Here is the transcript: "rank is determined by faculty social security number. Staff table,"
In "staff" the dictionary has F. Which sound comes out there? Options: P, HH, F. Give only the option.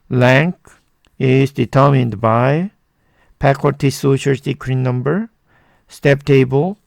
P